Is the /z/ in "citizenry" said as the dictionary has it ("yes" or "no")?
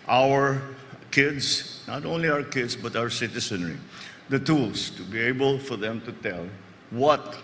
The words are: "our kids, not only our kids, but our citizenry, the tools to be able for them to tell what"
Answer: no